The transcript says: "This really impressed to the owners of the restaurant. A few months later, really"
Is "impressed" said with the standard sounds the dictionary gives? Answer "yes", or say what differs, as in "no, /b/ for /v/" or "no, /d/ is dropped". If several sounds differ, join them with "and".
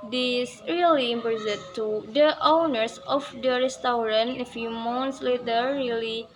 no, /ɹ/ is dropped